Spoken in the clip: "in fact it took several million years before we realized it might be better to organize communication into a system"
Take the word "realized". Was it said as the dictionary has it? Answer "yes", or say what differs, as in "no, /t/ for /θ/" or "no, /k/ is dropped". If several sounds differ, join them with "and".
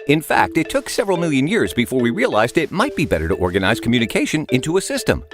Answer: yes